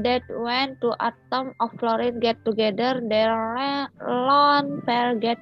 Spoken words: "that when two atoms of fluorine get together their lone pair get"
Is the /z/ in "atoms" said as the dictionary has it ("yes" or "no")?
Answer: no